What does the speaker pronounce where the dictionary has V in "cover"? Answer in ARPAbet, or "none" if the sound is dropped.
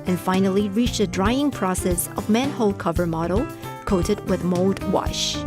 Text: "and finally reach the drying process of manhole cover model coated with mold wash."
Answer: V